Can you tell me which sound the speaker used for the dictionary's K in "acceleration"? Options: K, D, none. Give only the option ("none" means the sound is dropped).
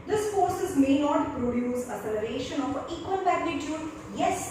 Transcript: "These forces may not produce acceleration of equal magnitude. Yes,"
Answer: none